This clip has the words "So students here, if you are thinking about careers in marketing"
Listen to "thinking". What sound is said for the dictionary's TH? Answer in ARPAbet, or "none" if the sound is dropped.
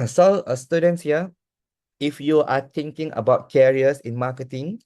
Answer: T